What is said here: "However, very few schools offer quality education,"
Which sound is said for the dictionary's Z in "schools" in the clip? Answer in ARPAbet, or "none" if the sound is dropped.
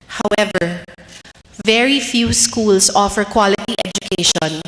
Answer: S